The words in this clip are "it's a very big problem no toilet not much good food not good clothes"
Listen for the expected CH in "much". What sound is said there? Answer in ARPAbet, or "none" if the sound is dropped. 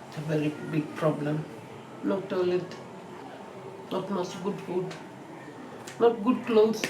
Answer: S